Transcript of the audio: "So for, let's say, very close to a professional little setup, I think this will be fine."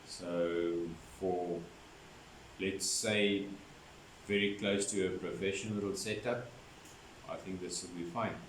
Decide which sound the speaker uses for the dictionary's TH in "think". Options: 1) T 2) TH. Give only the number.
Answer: 2